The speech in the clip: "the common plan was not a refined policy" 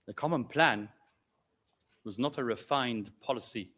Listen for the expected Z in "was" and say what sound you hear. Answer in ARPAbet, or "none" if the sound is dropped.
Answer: Z